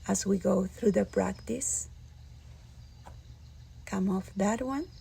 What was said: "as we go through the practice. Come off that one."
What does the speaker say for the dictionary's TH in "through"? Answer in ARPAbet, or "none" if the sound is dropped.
TH